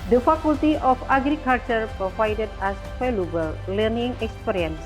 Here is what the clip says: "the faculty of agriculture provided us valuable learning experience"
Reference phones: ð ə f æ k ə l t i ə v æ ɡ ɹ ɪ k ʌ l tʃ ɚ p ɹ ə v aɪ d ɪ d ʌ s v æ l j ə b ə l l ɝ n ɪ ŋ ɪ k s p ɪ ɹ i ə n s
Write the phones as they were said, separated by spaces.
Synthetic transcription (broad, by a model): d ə f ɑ k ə l t i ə f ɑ ɡ ɹ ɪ k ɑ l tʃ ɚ p ɹ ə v aɪ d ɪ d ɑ s f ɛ l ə b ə l l ɝ n ɪ ŋ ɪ k s p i ɹ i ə n s